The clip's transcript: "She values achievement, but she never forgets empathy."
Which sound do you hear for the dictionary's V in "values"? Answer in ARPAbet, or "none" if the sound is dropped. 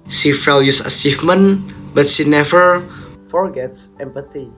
F